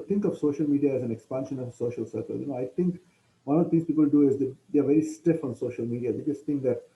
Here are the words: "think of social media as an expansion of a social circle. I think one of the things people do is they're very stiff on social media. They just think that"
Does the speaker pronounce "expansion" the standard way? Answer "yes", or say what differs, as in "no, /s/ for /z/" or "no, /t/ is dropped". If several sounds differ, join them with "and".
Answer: yes